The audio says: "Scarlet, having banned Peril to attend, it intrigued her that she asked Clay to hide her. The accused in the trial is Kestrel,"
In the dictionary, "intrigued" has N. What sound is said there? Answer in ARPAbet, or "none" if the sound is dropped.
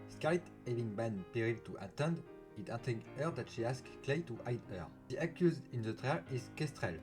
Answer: none